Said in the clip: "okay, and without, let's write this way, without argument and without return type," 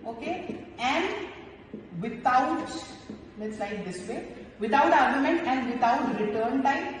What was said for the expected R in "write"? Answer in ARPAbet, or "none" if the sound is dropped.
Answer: L